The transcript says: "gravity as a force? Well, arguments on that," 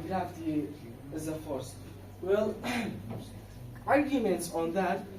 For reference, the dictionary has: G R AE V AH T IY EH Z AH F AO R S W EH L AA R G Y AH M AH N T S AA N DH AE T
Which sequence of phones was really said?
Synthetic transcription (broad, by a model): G R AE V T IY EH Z AH F AO R S W EH L AA R G Y AH M AH N T S AA N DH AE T